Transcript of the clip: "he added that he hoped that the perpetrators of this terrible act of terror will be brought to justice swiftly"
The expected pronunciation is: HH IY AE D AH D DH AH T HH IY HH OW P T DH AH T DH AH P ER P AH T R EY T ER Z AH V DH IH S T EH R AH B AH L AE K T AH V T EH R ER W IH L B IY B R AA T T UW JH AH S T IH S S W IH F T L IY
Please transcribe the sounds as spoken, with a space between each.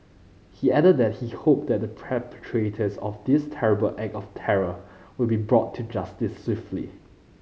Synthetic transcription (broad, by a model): HH IY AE D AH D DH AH T HH IY HH OW P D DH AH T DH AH P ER P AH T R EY T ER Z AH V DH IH S T EH R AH B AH L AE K AH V T EH R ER W IH L B IY B R AA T T UW JH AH S T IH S S W IH F T L IY